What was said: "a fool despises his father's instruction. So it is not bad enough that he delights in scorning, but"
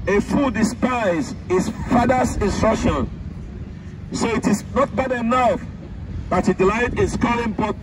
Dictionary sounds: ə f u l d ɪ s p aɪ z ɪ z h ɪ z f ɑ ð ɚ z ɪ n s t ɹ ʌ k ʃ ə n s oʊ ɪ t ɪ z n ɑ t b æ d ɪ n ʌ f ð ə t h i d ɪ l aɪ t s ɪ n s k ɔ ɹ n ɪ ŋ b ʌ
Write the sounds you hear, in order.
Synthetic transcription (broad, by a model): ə f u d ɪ s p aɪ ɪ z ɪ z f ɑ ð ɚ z ɪ n s t ɹ ʌ k ʃ ə n s oʊ ɪ t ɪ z n ɑ t b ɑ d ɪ n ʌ f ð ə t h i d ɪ l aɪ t ɪ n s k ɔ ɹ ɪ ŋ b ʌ